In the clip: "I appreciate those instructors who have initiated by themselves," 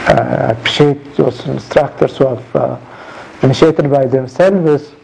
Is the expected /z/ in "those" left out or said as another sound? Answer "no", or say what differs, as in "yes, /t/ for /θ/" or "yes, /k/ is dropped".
yes, /s/ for /z/